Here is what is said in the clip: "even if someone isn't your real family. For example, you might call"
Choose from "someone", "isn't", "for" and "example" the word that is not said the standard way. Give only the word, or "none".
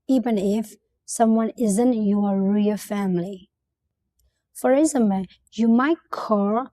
example